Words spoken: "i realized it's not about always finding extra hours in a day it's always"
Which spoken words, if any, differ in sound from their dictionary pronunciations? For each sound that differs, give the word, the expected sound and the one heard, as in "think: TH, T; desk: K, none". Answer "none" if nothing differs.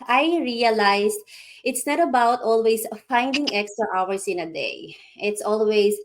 realized: Z, S; always: Z, S; hours: Z, S